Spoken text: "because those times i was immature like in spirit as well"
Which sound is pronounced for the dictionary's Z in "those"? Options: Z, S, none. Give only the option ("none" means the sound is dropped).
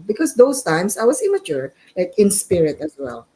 S